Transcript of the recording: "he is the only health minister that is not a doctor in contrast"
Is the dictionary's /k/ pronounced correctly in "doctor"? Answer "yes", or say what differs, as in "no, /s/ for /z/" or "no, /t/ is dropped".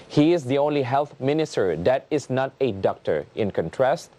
yes